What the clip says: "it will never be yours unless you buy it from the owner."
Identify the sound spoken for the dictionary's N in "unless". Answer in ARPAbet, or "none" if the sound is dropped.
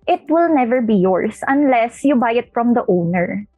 N